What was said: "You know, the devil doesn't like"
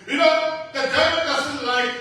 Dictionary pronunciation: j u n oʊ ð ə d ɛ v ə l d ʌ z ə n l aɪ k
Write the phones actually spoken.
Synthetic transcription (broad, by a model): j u n oʊ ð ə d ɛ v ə n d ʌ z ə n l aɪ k